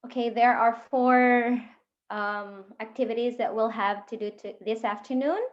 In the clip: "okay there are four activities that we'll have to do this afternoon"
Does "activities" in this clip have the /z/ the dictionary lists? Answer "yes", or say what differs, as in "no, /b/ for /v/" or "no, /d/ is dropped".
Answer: yes